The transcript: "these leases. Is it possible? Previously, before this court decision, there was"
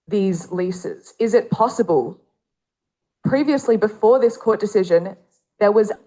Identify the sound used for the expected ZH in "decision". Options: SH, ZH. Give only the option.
ZH